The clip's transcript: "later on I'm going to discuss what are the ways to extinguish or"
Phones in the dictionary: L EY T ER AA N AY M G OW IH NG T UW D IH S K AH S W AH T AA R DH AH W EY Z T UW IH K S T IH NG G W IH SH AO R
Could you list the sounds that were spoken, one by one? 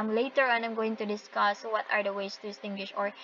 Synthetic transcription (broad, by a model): L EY T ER AA N AY M G OW IH NG T UW D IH S K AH S W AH T AA R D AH W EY S T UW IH S T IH NG G W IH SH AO R